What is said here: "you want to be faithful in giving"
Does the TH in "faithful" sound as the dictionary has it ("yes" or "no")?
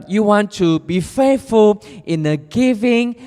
no